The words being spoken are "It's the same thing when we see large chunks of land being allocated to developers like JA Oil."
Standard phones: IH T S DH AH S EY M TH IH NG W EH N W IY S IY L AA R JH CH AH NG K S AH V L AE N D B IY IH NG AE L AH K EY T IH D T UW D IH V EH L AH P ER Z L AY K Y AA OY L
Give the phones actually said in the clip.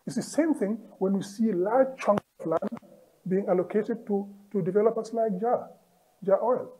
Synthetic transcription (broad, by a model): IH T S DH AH S EY M TH IH NG W EH N W IY S IY L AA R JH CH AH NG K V L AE N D B IY IH NG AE L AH K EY T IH D T UW D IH V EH L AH P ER S L AY K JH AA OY L